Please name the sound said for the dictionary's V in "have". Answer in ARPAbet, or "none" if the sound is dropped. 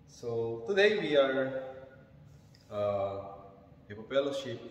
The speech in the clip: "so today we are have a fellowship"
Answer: P